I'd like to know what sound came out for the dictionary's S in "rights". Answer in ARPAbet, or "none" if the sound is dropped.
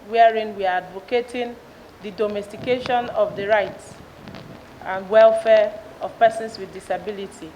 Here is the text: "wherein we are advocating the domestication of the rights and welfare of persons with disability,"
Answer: S